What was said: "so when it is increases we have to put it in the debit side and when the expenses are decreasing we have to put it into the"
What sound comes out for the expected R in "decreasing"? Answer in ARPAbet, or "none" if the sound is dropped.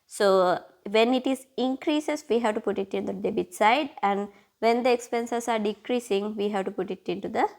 R